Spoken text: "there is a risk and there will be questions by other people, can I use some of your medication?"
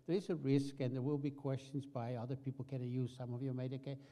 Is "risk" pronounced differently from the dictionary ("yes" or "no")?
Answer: no